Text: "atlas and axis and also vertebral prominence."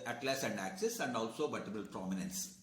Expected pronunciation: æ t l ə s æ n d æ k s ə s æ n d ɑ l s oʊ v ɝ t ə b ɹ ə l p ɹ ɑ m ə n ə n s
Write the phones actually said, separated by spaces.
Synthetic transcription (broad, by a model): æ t l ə s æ n d æ k s ə s æ n d ɑ l s oʊ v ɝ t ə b ə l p ɹ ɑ m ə n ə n s